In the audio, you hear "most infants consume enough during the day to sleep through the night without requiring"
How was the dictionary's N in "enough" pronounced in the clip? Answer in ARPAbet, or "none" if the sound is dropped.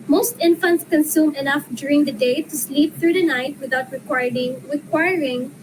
N